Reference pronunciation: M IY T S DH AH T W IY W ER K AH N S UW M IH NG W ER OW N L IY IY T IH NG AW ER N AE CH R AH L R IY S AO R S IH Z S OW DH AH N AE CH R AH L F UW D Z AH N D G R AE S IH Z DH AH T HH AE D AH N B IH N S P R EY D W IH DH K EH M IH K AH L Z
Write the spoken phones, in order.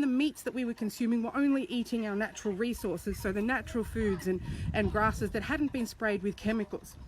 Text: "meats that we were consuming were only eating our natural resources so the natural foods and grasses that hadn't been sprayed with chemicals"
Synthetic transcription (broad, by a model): M IY T S DH AH T W IY W ER K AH N S UW M IH NG W ER OW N L IY IY T IH NG AW ER N AE CH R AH L R IY S AO R S IH Z S OW DH AH N AE CH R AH L F UW D Z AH N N G R AE S IH Z DH AH T HH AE D N B IH N S P R EY D W IH DH K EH M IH K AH L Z